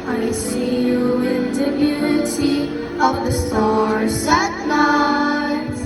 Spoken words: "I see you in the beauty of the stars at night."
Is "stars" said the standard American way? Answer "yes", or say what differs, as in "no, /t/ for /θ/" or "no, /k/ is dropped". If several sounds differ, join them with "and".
no, /z/ is dropped